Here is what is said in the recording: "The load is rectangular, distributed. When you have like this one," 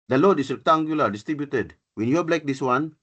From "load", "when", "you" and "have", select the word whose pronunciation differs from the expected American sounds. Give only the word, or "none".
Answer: have